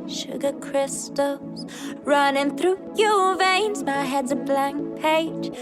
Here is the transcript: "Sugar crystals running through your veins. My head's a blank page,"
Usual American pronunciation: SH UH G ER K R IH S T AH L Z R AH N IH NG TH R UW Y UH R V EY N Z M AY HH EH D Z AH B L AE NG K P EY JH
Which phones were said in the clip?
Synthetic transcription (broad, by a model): SH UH G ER K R IH S T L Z R AH N IH NG TH R UW Y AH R V EY N Z M AY HH EH D Z AH B L AE NG K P EY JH